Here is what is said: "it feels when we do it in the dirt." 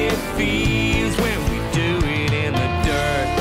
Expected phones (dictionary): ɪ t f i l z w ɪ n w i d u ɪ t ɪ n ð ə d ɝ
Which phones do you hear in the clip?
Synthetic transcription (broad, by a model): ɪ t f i z w ɪ n w i d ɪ ɪ t ɪ n ð ə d ɝ